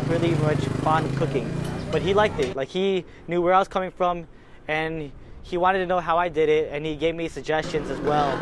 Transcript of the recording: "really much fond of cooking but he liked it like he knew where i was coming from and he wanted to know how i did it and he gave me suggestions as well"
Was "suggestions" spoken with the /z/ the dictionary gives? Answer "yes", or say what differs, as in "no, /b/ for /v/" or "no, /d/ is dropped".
yes